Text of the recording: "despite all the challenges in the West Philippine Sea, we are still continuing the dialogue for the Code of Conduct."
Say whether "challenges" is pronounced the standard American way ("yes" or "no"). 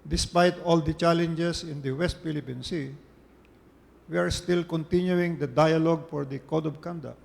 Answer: no